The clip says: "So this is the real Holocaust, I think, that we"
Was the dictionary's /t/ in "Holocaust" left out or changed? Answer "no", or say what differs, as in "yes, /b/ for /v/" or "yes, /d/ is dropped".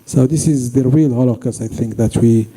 yes, /t/ is dropped